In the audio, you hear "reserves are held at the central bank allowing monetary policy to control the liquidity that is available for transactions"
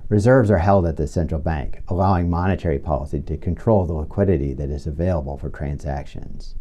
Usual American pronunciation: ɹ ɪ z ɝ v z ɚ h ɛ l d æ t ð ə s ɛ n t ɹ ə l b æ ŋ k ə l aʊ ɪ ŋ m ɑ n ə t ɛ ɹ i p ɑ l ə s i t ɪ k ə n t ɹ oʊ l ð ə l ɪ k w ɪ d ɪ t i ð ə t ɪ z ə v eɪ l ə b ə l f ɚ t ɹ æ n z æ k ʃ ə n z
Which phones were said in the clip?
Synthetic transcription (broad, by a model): ɹ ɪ z ɝ v z ɚ h ɛ l d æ t ð ə s ɛ n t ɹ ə l b æ ŋ k ə l aʊ ɪ ŋ m ɑ n ə t ɛ ɹ i p ɑ l ə s i t ɪ k ə n t ɹ oʊ l ð ə l ɪ k w ɪ d ɪ t i ð ə t ɪ z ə v eɪ l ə b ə l f ɚ t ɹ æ n z æ k ʃ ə n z